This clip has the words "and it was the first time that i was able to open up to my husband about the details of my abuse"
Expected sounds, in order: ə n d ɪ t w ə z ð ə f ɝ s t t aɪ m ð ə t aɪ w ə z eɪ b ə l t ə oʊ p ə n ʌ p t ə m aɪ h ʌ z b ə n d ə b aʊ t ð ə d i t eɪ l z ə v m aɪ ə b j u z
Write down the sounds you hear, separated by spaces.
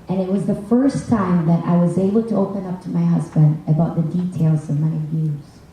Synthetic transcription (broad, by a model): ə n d ɪ t w ə z ð ə f ɝ s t t aɪ m ð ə t aɪ w ə z eɪ b l t ə oʊ p ə n ʌ p t ə m aɪ h ʌ z b ə n d ə b aʊ t ð ə d i t eɪ l z ə v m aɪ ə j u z